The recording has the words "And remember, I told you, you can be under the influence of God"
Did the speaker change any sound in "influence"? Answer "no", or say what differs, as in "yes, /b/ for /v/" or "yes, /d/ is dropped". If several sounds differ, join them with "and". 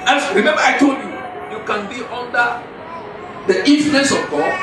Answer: yes, /l/ is dropped